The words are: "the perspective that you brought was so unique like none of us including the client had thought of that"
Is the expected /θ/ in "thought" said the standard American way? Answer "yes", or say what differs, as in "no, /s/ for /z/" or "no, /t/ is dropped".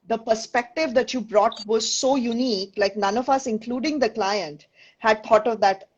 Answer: no, /t/ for /θ/